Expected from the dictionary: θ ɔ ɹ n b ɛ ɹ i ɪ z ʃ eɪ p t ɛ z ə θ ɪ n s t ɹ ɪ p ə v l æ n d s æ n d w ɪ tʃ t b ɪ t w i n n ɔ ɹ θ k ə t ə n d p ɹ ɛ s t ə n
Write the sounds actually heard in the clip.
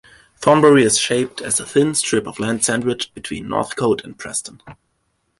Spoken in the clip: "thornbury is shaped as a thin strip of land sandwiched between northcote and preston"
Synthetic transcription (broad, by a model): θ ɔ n b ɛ ɹ i ɪ z ʃ eɪ p t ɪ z ə θ ɪ n s t ɹ ɪ p ə v l æ n d s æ n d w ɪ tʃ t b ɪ t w i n n ɔ ɹ θ k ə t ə n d p ɹ ɛ s t ə n